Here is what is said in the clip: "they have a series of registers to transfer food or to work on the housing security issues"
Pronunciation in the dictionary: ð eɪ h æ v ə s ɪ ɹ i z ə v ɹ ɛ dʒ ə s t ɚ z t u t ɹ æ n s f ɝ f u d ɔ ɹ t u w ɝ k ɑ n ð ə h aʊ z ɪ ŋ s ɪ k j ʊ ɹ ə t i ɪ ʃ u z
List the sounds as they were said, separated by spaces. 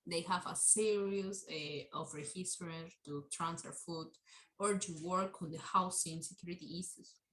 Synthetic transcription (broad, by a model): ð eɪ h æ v ə s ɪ ɹ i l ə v ɹ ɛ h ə s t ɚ t u t ɹ æ n s f ɝ f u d ɔ ɹ t u w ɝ k ɑ n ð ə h aʊ s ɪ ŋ s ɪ k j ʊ ɹ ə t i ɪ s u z